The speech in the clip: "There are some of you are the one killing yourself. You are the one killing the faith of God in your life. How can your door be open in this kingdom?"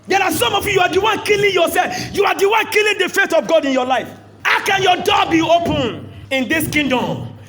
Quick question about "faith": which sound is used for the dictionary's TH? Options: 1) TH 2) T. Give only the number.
2